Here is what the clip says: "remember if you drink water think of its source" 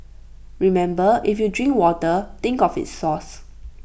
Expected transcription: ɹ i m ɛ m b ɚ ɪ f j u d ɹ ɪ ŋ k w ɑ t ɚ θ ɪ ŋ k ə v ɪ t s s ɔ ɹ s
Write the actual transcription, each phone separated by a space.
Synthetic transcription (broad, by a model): ɹ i m ɛ m b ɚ ɪ f j u d ɹ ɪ ŋ k w ɑ t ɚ t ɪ ŋ k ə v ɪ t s s ɔ s